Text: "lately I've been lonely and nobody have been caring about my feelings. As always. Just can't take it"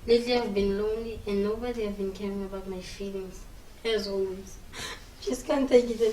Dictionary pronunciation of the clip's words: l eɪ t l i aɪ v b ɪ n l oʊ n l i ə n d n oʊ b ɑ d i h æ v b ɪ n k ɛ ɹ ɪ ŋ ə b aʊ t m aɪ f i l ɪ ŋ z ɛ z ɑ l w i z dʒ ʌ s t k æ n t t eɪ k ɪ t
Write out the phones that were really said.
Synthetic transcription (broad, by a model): l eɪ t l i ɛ v b ɪ n l oʊ n l i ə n n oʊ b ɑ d i h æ v b ɪ n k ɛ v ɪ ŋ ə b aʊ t m aɪ f i l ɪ ŋ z ɛ z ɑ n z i dʒ ʌ s t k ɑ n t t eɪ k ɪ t